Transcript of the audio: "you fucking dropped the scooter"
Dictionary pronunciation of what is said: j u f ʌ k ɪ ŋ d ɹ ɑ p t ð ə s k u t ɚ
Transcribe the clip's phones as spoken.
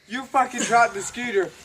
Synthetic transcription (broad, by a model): j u f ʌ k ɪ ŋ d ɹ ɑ t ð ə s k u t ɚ